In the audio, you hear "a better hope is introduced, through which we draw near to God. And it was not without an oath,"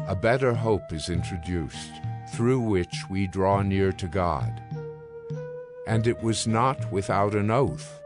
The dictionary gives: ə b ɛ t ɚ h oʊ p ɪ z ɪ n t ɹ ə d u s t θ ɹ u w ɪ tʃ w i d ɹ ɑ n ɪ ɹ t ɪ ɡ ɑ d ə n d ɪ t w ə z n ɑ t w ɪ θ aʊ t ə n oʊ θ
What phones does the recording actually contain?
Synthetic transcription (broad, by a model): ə b ɛ t ɚ h oʊ p ɪ z ɪ n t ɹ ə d u s t θ ɹ u w ɪ tʃ w i d ɹ ɑ n ɪ ɹ t ɪ ɡ ɑ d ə n ɪ t w ə z n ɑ t w ɪ θ aʊ t ə n oʊ θ